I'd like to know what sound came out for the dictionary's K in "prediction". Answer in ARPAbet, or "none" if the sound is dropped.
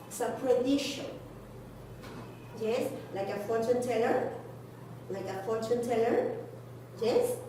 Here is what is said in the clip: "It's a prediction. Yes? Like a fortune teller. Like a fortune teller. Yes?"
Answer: none